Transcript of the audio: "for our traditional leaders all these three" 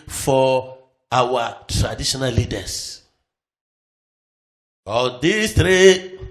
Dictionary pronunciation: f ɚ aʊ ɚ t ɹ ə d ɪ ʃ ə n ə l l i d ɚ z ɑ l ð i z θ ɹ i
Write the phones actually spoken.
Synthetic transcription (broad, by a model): f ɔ aʊ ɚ t ɹ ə d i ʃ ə n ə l l i d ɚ s ɑ l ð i s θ ɹ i